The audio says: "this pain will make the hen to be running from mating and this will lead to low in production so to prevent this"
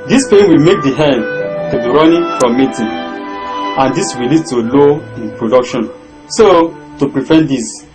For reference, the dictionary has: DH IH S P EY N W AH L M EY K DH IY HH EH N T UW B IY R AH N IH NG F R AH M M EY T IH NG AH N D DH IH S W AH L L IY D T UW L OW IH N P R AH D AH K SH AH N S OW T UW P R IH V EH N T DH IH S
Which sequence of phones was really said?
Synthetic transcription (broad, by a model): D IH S P EY N W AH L M EY K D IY HH EH N T UW B IY R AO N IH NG F R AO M M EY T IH AH N D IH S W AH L L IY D T UW L OW IH N P R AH D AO K SH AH N S OW T UW P R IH F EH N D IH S